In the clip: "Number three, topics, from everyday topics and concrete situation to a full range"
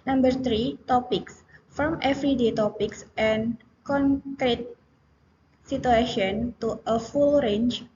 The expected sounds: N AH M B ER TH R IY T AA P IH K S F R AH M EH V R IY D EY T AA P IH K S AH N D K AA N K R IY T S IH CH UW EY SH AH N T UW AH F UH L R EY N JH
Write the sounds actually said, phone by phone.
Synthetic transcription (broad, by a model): N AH M B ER T R IY T AA P IH K S F R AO M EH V R IY D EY T AA P IH K S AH N K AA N K R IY T S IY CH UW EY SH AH N T UW AH F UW L R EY N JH